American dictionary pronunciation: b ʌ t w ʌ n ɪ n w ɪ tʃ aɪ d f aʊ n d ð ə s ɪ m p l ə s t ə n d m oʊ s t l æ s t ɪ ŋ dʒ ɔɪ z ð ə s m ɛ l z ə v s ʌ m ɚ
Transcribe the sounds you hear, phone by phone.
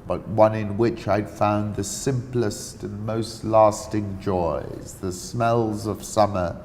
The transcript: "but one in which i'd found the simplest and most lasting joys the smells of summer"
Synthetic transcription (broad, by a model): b ʌ t w ʌ n ɪ n w ɪ tʃ aɪ d f aʊ n ð ə s ɪ m p l ə s t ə n m oʊ s t l æ s t ɪ ŋ dʒ ɔɪ z ð ə s m ɛ l z ə v s ʌ m ɚ